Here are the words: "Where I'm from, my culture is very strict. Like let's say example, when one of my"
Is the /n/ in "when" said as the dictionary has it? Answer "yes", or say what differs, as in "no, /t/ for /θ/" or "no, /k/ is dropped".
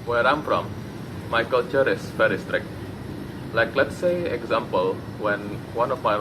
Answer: yes